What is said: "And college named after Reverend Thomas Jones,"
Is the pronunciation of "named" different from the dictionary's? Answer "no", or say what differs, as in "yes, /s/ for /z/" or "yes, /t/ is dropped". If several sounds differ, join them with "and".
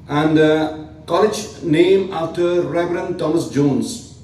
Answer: yes, /d/ is dropped